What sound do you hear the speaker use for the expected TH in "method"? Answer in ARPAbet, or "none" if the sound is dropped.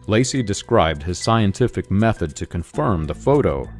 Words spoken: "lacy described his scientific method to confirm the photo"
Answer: TH